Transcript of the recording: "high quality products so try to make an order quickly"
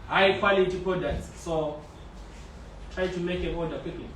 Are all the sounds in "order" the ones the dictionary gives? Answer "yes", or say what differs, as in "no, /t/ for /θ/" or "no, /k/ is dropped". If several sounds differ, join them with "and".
no, /l/ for /ɹ/